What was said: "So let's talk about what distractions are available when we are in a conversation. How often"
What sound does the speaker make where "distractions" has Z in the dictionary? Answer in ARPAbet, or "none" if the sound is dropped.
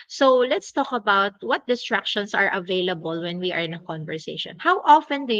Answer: S